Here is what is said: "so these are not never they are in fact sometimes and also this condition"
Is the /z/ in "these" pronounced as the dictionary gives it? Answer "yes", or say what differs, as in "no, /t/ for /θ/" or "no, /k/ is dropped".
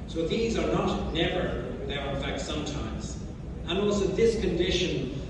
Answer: yes